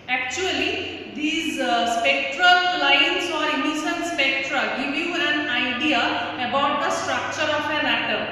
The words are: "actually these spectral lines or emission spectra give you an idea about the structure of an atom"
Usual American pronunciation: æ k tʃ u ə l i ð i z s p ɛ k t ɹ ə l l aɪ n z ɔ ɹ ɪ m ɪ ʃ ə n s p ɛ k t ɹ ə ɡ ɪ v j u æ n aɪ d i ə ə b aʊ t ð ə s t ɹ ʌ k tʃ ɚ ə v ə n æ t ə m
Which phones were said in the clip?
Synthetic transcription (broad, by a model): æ k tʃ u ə l i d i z s p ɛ k t ɹ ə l l aɪ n s ɔ ɹ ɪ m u s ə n s p ɛ k t ɹ ə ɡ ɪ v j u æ n aɪ d i ə ə b aʊ t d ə s t ɹ ʌ k tʃ ɚ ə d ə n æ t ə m